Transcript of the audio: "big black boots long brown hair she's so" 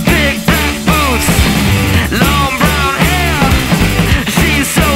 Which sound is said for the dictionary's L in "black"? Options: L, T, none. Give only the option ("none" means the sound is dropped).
none